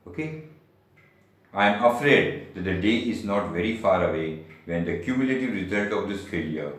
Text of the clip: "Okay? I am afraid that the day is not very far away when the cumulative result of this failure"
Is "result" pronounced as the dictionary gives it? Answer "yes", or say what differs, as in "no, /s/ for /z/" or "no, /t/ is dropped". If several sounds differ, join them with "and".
no, /n/ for /l/